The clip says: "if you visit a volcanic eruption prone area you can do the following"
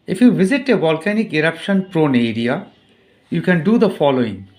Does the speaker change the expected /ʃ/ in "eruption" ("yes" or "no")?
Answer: no